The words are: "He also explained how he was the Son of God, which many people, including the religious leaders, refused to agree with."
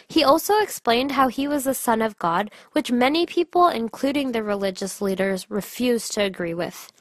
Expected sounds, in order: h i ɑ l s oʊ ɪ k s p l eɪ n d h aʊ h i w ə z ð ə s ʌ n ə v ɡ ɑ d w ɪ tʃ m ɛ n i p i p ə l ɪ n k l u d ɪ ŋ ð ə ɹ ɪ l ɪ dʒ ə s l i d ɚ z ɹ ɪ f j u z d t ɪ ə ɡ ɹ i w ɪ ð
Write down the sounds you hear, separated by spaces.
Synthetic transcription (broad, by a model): h i ɑ l s oʊ ɪ k s p l eɪ n d h aʊ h i w ə z ð ə s ʌ n ə v ɡ ɑ d w ɪ tʃ m ɛ n i p i p l ɪ n k l u d ɪ ŋ ð ə ɹ ɪ l ɪ dʒ ə s l i d ɚ z ɹ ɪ f j u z t ɪ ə ɡ ɹ i w ɪ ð